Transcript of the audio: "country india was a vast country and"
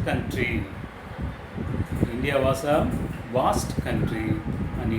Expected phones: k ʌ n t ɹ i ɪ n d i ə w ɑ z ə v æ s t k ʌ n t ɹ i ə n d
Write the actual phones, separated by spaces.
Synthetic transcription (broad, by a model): k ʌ n t ɹ i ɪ n d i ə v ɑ s ə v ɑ s t k ʌ n t ɹ i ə n